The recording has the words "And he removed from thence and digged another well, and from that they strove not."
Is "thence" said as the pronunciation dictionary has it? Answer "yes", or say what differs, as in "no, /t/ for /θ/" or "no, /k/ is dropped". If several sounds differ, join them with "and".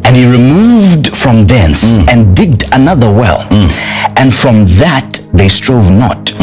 yes